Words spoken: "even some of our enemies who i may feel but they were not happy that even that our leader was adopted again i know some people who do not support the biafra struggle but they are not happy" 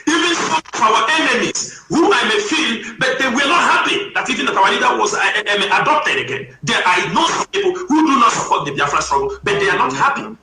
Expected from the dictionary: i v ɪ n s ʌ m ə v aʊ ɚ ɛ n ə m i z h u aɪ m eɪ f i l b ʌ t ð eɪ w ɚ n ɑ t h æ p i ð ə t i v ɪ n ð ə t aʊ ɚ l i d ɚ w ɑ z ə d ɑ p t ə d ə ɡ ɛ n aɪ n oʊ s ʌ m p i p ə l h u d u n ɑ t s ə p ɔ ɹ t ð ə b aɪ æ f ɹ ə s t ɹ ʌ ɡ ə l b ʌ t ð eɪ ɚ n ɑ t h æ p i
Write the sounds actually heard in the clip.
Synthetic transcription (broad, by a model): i v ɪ n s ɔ ə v aʊ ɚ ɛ n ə m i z h u aɪ m eɪ f i l b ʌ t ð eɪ w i n ɑ t h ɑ p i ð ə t i v ɪ n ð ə t aʊ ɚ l i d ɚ w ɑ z ə d ɑ p t ə d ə ɡ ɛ n aɪ n oʊ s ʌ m p i p ə l h u d u n ɑ t s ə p ɔ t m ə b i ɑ f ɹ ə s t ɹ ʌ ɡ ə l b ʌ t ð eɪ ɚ n ɑ t h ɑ p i